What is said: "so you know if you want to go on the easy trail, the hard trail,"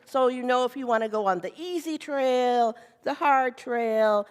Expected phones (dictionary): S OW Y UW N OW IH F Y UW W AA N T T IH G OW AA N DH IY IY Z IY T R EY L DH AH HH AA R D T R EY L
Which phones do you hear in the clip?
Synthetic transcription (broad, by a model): S OW Y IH N OW IH F Y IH W AA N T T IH G OW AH N DH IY IY Z IY T R EY L DH AH HH AA R D T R EY L